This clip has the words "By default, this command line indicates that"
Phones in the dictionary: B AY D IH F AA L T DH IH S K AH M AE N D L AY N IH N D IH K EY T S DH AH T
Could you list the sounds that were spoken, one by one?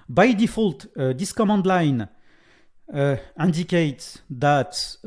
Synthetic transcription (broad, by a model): B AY D IH F AA L T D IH S K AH M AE N D L AY N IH N D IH K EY T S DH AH T